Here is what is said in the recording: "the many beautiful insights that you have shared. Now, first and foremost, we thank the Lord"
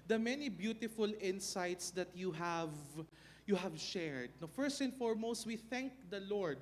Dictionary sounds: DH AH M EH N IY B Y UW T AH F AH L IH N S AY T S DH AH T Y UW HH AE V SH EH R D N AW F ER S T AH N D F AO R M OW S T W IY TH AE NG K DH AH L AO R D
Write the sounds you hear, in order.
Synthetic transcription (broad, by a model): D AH M EH N IY B Y UW T AH F AH L IH N S AY T S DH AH T Y UW HH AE V SH EH R D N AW F ER S T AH N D F AO R M OW S T W IY TH AE NG K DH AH L AO R D